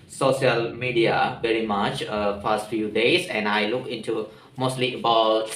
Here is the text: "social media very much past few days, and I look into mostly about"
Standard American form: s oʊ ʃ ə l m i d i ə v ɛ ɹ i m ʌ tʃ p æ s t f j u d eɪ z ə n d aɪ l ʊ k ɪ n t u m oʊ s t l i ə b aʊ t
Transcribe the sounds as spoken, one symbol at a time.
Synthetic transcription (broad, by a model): s oʊ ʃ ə l m i d i ə v ɛ ɹ i m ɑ tʃ f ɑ s t f j u d eɪ s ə n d aɪ l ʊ k ɪ n t u m oʊ s t l i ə b aʊ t